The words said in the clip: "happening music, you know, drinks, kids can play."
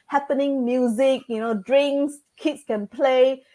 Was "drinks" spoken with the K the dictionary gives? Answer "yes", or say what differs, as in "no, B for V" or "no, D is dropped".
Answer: no, K is dropped